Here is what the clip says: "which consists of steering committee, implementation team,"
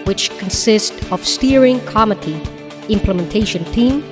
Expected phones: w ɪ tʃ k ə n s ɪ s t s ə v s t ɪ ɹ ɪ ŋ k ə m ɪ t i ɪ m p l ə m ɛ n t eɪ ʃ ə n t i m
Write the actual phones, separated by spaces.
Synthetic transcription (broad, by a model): w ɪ tʃ k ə n s ɪ s t ə v s t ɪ ɹ ɪ ŋ k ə m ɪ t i ɪ m p l ə m ɛ n t eɪ ʃ ə n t i m